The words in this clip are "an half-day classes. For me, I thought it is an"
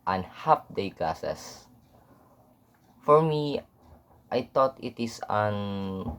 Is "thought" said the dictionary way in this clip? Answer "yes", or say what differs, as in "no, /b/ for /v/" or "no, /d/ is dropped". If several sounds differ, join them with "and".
no, /t/ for /θ/